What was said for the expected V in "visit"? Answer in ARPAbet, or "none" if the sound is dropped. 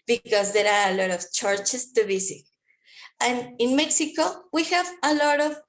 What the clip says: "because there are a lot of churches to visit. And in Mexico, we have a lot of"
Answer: B